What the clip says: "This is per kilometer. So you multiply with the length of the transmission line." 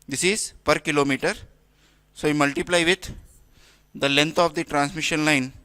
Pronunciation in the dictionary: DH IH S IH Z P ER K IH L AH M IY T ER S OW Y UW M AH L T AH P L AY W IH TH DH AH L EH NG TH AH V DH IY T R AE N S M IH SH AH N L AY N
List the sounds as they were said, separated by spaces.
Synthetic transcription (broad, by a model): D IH S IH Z P ER K IH L AH M IY T ER S OW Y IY M AH L T AH P L AY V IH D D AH L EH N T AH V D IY T R AE N S M IH SH AH N L AY N